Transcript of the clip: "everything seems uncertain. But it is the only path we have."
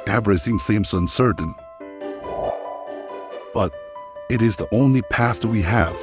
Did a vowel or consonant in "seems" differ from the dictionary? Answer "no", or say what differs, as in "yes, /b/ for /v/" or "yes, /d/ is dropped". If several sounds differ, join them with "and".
yes, /θ/ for /s/